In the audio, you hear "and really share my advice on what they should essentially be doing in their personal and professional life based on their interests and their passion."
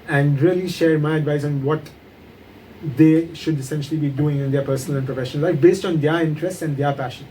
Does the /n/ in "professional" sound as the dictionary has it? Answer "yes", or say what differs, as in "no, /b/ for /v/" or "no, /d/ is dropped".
no, /n/ is dropped